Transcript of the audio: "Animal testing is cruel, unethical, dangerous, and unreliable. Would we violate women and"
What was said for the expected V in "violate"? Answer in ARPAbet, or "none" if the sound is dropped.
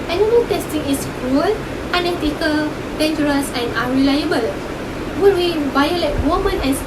B